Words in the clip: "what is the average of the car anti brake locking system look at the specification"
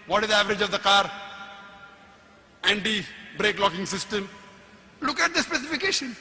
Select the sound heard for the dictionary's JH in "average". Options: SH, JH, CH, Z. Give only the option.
JH